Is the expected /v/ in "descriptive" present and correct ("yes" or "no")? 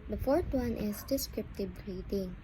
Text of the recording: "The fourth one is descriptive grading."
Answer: no